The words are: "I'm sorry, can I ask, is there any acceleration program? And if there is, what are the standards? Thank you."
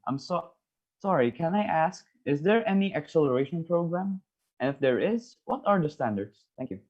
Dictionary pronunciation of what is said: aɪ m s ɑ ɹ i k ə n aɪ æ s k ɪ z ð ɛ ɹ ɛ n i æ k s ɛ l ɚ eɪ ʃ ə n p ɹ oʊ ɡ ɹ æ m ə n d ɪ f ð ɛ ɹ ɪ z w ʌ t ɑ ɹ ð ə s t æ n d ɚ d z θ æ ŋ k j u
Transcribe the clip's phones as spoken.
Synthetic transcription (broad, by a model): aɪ m s ɑ ɹ i k ə n aɪ æ s k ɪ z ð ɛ ɹ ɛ n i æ k s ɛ l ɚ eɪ ʃ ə n p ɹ oʊ ɡ ɹ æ m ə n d ɪ f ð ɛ ɹ ɪ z w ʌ t ɑ ɹ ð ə s t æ n d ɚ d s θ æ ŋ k j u